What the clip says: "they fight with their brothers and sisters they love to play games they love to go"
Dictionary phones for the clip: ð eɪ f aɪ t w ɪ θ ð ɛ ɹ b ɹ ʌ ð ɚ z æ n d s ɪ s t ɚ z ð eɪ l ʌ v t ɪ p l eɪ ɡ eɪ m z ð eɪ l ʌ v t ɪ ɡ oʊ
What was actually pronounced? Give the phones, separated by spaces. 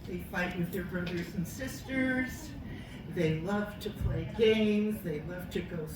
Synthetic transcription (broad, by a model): ð eɪ f aɪ t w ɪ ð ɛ ɹ b ɹ ʌ ð ɚ z n s ɪ s t ɚ z ð eɪ l ʌ v t ɪ p l eɪ ɡ eɪ m z ð eɪ l ʌ v t ɪ ɡ oʊ